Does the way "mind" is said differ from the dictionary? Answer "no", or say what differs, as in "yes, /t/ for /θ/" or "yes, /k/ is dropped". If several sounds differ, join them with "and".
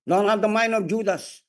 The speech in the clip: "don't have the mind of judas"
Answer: yes, /d/ is dropped